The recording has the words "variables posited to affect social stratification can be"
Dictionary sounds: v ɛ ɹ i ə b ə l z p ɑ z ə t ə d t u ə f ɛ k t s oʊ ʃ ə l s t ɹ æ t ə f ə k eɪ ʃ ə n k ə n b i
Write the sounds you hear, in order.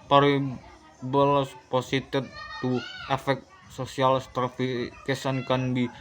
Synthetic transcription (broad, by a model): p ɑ ɹ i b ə l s p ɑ s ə t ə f t u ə f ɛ k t s oʊ s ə l s t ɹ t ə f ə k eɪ s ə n k ə n b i